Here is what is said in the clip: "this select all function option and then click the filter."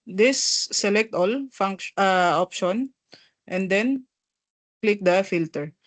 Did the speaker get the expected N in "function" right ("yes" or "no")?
no